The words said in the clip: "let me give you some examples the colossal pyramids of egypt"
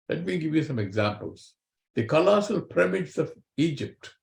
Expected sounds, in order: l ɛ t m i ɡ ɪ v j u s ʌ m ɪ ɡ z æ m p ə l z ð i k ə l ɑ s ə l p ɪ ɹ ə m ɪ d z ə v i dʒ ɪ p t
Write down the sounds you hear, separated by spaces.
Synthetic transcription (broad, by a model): l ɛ t m i ɡ ɪ v j u s ʌ m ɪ ɡ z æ m p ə l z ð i k ə l ɑ s ə l p ɹ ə m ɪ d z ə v i dʒ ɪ p t